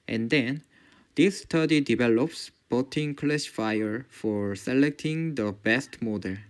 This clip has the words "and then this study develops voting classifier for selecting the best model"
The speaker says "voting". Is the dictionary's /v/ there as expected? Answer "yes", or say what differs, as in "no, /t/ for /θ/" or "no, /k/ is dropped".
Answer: no, /b/ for /v/